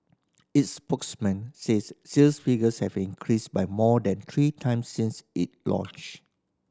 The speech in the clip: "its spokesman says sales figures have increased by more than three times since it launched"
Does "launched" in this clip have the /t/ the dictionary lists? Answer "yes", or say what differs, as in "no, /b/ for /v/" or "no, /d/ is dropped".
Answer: no, /t/ is dropped